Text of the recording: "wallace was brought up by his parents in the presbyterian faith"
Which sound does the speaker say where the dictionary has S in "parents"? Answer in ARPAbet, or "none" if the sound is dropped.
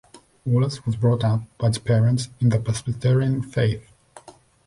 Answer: S